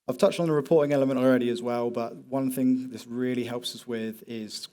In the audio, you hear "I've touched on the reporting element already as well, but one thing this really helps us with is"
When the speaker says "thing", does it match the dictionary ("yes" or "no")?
yes